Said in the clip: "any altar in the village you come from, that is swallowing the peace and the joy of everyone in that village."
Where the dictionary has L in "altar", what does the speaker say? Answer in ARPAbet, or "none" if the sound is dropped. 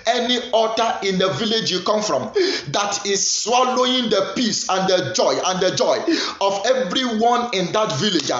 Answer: none